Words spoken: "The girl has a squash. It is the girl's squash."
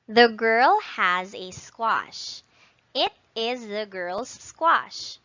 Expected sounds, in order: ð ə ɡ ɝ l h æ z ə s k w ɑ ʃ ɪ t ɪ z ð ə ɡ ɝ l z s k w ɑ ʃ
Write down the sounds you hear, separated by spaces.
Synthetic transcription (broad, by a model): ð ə ɡ ɝ l h æ z ə s k w ɑ ʃ ɪ t ɪ z ð ə ɡ ɝ l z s k w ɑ ʃ